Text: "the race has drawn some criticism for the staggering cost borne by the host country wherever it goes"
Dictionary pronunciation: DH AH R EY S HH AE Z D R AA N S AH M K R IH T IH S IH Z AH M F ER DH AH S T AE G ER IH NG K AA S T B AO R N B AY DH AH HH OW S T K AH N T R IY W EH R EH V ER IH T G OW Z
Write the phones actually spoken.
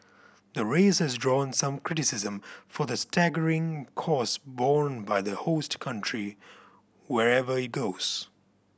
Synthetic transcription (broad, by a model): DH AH R EY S HH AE Z D R AA N S AH M K R IH T IH S IH Z AH M F ER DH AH S T AE G ER IH NG K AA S B AO R N B AY DH AH HH OW S T K AH N T R IY W EH R EH V ER IH T G OW Z